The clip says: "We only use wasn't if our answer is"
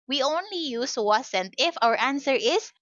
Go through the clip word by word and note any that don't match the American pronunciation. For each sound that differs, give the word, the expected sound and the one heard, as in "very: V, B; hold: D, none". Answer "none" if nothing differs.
wasn't: Z, S